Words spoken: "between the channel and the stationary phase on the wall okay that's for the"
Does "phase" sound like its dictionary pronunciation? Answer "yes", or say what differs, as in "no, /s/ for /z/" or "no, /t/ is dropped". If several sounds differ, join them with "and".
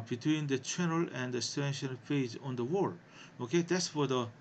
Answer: no, /p/ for /f/